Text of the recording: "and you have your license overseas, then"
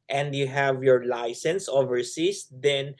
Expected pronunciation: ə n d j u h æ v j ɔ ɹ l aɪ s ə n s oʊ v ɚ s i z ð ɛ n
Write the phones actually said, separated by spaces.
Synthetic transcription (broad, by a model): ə n d j u h æ v j ɔ ɹ l aɪ s ə n s oʊ v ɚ s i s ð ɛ n